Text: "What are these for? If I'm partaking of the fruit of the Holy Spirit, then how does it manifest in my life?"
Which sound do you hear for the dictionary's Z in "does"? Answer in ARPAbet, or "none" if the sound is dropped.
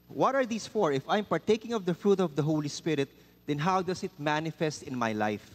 S